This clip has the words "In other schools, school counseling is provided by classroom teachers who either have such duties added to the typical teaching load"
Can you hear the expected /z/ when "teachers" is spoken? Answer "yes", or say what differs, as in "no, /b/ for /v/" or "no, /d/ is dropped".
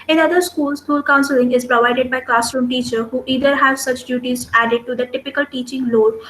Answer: no, /z/ is dropped